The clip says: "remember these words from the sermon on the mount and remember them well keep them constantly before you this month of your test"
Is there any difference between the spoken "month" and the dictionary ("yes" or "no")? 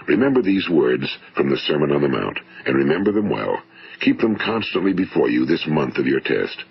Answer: no